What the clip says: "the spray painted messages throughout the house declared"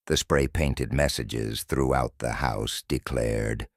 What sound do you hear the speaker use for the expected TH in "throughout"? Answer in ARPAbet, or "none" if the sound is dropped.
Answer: TH